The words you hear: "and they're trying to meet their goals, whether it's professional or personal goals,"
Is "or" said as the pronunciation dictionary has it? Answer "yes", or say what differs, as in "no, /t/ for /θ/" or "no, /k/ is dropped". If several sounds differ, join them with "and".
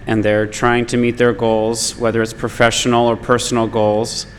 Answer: yes